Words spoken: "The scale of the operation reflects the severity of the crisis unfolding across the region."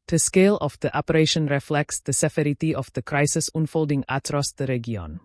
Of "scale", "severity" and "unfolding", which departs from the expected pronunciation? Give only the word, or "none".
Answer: severity